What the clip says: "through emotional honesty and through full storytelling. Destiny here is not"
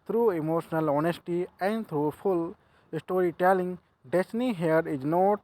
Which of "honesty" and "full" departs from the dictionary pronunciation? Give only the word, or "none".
full